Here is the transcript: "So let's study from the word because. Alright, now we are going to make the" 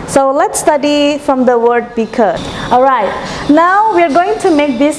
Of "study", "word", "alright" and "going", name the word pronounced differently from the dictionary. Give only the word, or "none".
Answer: none